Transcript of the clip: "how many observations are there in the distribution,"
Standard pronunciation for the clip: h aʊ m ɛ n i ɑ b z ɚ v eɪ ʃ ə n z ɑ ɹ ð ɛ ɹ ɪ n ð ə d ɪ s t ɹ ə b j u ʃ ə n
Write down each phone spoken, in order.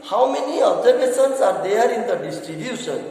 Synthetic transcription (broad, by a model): h aʊ m ɛ n i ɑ b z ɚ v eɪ s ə n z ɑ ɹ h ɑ ɹ ɪ n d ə d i s t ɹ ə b j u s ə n